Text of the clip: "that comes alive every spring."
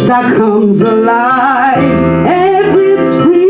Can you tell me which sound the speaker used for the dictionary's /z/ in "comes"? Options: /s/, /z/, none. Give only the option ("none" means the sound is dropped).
/z/